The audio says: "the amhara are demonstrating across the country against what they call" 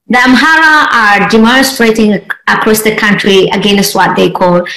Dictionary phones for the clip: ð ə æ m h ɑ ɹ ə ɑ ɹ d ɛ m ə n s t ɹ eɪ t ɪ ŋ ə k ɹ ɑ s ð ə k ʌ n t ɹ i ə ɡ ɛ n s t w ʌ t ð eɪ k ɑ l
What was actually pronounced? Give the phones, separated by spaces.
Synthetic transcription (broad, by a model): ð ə æ m h ɑ ɹ ə ɑ ɹ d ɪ m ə s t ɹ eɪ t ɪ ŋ ə k ɹ ɑ s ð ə k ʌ n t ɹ i ə ɡ ɛ n s t w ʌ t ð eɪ k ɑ l